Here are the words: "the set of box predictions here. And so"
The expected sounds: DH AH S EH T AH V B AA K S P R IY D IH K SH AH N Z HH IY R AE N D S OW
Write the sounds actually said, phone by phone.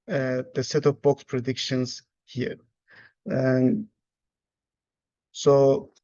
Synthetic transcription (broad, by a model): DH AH S EH T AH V B AA K S P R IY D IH K SH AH N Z HH IY R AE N S OW